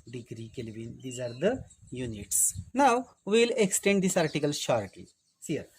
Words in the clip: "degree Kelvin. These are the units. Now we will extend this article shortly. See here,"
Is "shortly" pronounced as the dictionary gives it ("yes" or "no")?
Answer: no